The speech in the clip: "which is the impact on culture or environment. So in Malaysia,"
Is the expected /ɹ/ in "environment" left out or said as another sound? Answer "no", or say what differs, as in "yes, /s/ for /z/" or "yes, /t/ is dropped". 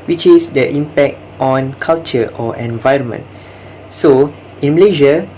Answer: no